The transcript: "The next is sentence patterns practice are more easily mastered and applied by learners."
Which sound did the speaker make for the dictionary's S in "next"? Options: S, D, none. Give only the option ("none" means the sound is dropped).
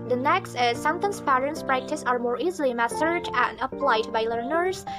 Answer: S